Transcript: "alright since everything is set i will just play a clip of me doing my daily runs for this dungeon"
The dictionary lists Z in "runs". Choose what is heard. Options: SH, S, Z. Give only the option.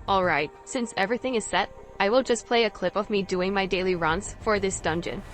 S